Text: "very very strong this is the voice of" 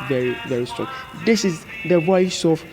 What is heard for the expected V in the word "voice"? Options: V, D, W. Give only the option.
W